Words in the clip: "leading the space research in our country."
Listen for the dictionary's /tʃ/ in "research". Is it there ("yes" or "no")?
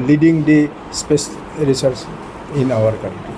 no